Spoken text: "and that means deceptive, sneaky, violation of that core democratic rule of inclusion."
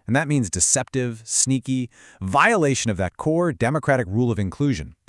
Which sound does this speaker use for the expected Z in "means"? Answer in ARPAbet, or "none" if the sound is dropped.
Z